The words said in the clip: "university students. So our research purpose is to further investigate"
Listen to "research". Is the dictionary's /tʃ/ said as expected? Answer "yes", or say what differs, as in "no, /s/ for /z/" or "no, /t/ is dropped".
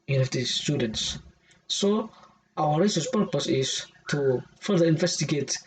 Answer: no, /s/ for /tʃ/